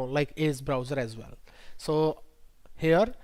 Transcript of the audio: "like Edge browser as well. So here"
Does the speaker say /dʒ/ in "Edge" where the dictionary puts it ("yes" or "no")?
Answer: no